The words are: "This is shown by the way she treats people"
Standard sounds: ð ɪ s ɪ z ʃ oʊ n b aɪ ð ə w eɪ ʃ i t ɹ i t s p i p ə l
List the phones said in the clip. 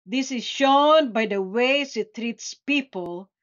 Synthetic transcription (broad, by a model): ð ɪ s ɪ z ʃ oʊ n b aɪ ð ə w eɪ s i t ɹ i t s p i p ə l